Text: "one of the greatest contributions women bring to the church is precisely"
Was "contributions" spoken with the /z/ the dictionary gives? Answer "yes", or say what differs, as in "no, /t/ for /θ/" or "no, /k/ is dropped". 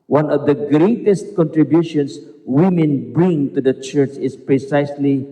no, /s/ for /z/